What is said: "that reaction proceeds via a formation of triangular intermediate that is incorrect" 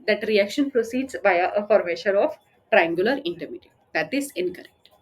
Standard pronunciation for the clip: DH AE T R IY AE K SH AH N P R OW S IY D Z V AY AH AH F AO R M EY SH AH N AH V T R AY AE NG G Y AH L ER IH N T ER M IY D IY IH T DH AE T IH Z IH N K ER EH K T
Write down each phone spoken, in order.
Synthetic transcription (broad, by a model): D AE T R IY AE K SH AH N P R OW S IY D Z B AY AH AH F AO R M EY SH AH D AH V T R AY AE NG G Y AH L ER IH N T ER M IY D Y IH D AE T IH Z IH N K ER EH K T